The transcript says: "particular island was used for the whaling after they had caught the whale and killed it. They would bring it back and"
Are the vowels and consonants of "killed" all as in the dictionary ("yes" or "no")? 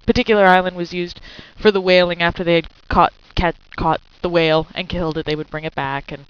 yes